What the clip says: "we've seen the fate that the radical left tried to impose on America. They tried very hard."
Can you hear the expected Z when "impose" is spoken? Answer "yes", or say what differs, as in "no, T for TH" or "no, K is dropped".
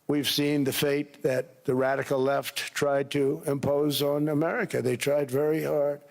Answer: yes